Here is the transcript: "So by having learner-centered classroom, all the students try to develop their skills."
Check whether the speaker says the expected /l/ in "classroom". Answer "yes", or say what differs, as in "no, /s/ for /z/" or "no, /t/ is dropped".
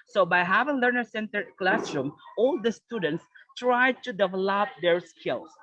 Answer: yes